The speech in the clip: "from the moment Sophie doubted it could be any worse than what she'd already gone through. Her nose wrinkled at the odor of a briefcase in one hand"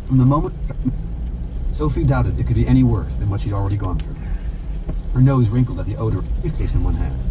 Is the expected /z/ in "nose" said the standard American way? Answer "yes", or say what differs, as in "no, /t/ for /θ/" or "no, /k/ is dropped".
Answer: yes